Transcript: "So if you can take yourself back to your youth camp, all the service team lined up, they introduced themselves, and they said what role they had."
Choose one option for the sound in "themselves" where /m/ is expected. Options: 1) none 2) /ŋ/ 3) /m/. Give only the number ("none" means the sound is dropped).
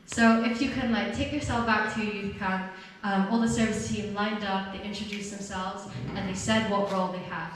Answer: 3